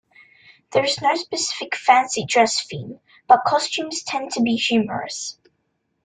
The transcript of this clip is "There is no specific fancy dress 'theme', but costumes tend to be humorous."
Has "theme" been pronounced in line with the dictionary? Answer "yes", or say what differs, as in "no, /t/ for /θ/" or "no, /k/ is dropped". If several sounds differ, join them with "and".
no, /f/ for /θ/